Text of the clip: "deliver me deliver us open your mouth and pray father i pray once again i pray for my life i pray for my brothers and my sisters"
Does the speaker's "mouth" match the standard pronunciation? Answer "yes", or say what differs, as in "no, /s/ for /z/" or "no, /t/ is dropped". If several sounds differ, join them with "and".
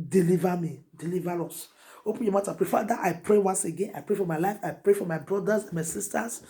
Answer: no, /t/ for /θ/